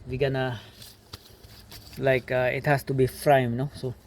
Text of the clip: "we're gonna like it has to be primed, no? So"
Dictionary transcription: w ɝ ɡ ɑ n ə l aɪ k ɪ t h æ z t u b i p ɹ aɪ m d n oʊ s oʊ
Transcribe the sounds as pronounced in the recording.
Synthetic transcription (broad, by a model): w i ɡ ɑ n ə l aɪ k ɪ t h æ s t u b i f ɹ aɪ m n oʊ s oʊ